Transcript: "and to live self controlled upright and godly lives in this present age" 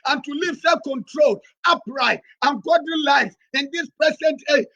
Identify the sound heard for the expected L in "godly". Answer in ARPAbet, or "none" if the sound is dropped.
none